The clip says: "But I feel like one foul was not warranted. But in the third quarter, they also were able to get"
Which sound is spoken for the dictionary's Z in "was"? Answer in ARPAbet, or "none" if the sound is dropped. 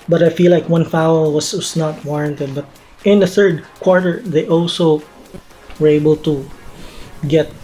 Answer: S